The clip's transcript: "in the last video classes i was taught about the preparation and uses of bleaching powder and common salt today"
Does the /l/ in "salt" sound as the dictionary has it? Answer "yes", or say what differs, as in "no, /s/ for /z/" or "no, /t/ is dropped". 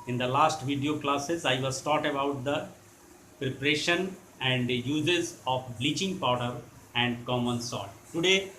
no, /l/ is dropped